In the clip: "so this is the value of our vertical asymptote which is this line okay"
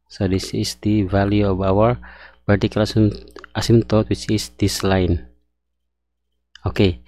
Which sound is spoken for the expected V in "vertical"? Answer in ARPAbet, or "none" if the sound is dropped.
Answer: P